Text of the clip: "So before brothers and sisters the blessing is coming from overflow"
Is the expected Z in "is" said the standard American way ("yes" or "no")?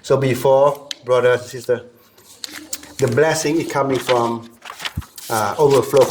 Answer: no